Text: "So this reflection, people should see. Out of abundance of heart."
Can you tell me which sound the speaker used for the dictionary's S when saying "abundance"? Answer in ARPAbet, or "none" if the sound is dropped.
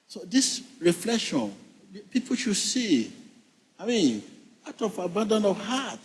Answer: none